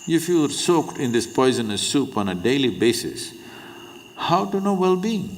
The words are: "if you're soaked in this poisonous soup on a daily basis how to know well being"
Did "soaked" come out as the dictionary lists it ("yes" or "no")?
yes